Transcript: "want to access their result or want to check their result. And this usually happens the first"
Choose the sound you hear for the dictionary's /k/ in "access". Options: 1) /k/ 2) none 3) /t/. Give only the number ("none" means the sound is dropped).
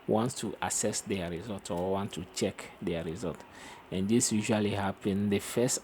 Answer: 2